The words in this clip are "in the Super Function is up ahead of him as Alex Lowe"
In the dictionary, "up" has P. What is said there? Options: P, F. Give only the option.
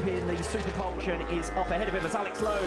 F